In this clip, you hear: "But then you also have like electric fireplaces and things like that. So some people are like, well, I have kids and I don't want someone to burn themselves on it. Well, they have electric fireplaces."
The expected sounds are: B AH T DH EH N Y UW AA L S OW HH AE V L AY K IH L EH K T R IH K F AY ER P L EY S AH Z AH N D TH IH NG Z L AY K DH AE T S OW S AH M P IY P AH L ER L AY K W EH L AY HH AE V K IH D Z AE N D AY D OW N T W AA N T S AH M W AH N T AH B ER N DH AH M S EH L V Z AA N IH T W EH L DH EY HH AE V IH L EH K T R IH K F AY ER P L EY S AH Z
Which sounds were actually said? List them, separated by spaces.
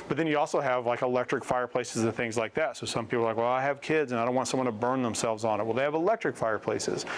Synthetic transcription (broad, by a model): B AH T DH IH N Y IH AA L S OW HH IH V L AY K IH L EH K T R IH K F AY ER P L EY S AH Z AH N TH IH NG Z L AY K DH AE T S OW S AH M P IY P L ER L AY K W EH L AY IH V K IH D Z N AY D OW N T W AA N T S AH M W AH N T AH B ER N DH AH M S EH L V Z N IH T W EH L DH EY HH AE V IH L EH K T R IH K F AY ER P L EY S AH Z